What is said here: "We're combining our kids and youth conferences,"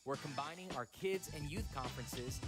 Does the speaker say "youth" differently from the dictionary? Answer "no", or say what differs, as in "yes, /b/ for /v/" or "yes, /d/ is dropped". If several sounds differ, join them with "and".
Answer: no